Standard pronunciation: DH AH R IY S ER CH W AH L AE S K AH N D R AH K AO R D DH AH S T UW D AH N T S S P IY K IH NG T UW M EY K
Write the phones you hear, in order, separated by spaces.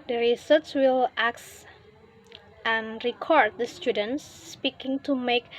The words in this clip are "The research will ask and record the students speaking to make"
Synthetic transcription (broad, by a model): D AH R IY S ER S W AH L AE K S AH N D R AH K AO R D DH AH S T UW D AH N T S S P IY K IH NG T UW M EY K